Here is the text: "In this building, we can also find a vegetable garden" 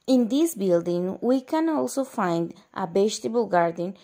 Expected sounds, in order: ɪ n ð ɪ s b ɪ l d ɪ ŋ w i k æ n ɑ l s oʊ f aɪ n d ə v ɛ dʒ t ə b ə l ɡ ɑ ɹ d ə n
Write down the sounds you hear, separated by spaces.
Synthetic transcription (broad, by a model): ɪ n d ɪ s b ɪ l d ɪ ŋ w i k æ n ɑ l s oʊ f aɪ n d ə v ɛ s t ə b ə l ɡ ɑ ɹ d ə n